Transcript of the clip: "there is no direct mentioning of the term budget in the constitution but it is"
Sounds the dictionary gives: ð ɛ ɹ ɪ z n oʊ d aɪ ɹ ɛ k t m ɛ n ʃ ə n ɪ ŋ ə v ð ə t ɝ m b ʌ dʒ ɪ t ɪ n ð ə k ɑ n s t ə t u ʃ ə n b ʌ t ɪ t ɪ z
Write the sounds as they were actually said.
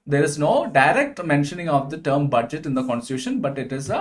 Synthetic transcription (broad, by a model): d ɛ ɹ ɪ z n oʊ d aɪ ɹ ɛ k t m ɛ n ʃ ə n ɪ ŋ ə v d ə t ɝ m b ʌ dʒ ɪ t ɪ n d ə k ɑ n s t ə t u ʃ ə n b ʌ t ɪ t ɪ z